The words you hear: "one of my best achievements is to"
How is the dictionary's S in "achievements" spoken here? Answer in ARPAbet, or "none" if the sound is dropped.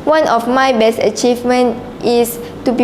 none